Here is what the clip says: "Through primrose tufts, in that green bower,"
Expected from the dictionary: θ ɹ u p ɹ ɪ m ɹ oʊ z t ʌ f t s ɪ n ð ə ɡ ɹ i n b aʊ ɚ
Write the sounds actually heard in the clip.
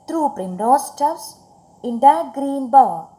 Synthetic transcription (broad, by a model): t ɹ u p ɹ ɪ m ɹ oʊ s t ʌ t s ɪ n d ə ɡ ɹ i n b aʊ